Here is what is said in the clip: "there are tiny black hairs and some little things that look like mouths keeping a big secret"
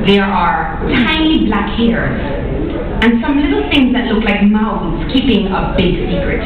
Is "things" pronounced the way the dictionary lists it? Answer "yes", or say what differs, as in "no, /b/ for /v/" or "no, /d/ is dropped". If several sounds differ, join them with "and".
yes